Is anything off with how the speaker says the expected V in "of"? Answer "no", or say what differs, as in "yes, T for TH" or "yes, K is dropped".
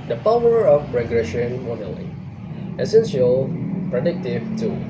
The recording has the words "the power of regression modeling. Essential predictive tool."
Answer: yes, P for V